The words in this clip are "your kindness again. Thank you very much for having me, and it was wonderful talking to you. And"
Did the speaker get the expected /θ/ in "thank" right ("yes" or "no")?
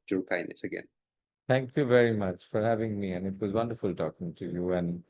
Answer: no